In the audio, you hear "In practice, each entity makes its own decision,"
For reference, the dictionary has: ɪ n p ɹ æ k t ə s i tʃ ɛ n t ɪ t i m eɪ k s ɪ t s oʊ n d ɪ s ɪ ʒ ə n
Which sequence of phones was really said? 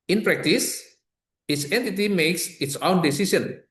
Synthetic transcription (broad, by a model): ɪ n p ɹ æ k t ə s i s ɛ n t ɪ t i m eɪ k s ɪ t s oʊ n d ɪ s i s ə n